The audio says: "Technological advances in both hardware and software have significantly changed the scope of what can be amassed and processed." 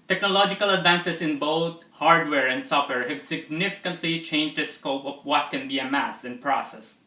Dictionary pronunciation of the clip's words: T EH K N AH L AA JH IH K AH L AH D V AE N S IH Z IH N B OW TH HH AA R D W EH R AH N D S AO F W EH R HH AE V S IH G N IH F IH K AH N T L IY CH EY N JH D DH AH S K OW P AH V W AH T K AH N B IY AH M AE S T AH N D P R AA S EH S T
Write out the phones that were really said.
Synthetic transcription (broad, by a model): T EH K N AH L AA JH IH K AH L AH D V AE N S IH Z IH N B OW T HH AA R D W EH R AH N D S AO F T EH R HH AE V S IH G N IH F IH K AH N T L IY CH EY N JH D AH S K OW P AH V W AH T K AH N B IY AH M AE S AH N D P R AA S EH S